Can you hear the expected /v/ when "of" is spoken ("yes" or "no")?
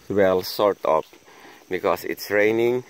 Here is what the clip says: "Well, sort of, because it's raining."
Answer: no